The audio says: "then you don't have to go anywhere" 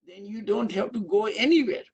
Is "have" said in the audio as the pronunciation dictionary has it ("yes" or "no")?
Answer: no